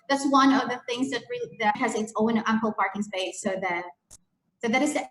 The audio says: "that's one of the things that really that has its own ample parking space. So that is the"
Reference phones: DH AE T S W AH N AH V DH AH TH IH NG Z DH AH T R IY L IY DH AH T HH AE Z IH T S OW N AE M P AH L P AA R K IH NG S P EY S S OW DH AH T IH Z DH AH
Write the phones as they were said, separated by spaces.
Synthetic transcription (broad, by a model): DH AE T S W AH N AH V DH AH TH IH NG Z DH AH T R IY L IY DH AH T HH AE Z IH T S OW N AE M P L P AA R K IH NG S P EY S S OW DH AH T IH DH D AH